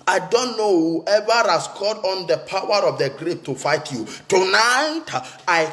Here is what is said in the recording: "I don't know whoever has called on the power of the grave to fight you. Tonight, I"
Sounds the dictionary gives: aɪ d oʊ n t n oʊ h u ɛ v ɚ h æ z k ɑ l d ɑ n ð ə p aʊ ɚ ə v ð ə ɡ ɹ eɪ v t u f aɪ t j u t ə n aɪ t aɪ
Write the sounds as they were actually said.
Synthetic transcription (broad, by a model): aɪ d oʊ n t n oʊ h u ɛ v ɚ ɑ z k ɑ d ɑ n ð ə p aʊ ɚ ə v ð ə ɡ ɹ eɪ p t u f aɪ t j u t ə n aɪ t aɪ